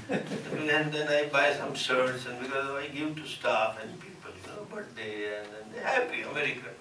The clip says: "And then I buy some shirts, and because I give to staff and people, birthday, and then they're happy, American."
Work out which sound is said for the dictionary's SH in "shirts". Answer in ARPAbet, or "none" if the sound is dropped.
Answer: S